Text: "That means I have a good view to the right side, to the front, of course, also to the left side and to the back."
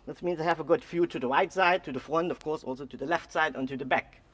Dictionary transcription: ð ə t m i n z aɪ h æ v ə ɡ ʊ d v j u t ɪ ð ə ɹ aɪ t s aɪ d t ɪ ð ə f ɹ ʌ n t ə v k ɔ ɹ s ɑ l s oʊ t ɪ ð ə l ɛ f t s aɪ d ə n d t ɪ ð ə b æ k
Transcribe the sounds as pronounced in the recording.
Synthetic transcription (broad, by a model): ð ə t m i n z aɪ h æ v ə ɡ ʊ d f j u t ɪ ð ə ɹ aɪ t s aɪ d t ɪ ð ə f ɹ ʌ n t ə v k ɔ ɹ s ɑ l s oʊ t ɪ ð ə l ɛ f t s aɪ d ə n t ɪ ð ə b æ k